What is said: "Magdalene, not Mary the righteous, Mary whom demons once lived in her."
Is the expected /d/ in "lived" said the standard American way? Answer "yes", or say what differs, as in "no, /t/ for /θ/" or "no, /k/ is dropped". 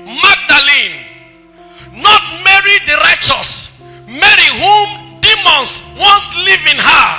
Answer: no, /d/ is dropped